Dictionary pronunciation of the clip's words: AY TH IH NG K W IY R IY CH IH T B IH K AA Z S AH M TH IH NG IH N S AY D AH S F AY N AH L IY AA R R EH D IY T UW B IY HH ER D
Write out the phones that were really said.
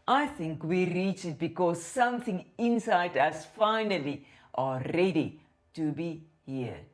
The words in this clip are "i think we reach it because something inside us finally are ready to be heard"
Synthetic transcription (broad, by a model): AY TH IH NG K W IY R IY CH IH T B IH K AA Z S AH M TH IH NG IH N S AY D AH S F AY N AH L IY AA L R EH D IY T UW B IY HH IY